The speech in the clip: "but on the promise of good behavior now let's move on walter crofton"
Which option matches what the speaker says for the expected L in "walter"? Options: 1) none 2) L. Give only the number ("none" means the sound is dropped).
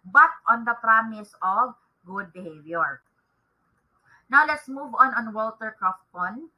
2